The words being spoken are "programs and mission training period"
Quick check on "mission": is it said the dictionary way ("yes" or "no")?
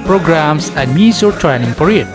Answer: no